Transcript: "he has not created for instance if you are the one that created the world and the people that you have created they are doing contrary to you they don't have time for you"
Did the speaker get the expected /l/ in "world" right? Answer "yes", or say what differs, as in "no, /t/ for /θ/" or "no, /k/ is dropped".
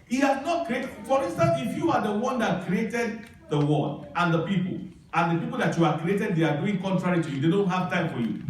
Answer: no, /n/ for /l/